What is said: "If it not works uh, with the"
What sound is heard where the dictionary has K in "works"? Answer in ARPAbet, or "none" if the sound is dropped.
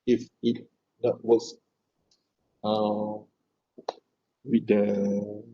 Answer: none